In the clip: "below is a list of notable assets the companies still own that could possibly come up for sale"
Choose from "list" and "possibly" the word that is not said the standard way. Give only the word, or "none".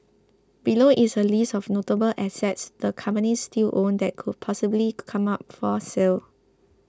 list